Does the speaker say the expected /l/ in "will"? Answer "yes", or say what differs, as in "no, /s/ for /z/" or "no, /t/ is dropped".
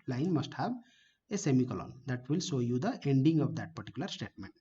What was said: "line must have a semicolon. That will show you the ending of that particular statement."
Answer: yes